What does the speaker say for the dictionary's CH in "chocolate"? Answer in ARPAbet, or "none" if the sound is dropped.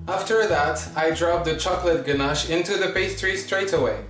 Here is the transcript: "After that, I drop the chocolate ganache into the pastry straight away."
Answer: CH